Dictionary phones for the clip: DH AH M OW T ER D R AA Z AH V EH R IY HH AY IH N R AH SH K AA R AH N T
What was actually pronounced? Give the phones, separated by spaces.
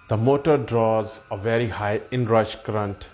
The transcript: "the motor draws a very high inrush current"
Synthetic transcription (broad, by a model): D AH M OW T ER D R AA Z AH V EH R IY HH AY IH N R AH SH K R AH N T